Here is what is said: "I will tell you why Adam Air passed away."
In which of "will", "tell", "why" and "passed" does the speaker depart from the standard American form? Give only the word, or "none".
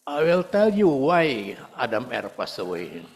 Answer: passed